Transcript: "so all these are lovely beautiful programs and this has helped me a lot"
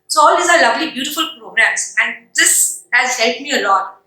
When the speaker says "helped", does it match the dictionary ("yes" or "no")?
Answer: no